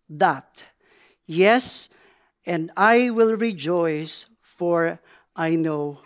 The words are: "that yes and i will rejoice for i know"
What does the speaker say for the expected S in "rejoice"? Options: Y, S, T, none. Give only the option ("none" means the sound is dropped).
S